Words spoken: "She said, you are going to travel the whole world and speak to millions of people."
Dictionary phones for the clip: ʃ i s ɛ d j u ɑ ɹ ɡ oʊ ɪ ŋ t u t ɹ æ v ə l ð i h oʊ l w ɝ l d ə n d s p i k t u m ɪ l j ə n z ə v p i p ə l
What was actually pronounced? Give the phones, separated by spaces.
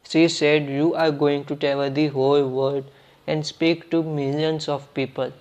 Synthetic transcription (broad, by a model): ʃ i s ɛ d j u ɑ ɹ ɡ oʊ ɪ ŋ t u t ɛ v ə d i h oʊ l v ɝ d ə n d s p i k t u m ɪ l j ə n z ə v p i p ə l